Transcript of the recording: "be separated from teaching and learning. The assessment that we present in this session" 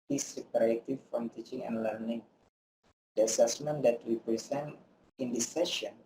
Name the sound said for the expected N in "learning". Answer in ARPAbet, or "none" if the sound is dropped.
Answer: N